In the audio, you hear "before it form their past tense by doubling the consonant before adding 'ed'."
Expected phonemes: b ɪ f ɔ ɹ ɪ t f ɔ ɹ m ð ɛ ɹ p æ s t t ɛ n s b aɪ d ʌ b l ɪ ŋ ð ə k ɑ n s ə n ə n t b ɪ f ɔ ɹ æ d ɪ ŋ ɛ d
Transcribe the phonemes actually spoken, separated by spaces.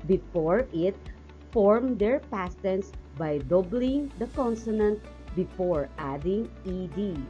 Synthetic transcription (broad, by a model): b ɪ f ɔ ɹ ɪ t f ɔ ɹ m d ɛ ɹ p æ s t t ɛ n s b aɪ d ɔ b l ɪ ŋ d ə k ɑ n s ə n ə n t b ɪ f ɔ ɹ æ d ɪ ŋ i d